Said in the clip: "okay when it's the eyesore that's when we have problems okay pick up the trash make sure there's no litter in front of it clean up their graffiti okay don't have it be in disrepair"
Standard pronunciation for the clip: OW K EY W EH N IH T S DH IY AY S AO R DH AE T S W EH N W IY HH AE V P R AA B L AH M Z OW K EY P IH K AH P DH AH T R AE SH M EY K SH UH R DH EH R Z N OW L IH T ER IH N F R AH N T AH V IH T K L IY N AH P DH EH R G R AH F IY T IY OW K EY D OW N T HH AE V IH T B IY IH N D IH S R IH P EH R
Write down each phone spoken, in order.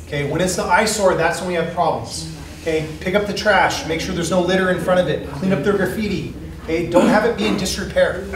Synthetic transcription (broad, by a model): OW K EY W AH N IH T S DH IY AY S AO R DH AE T S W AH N W IY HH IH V P R AA B L AH M Z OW K EY P IH K AH P DH AH T R AE SH M EY K SH UH R DH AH R Z N OW L IH T ER IH N F R AH T AH V IH T K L IY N AH P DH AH R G R F IY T IY OW K EY D OW N T HH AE V IH T B IY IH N D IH S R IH P EH R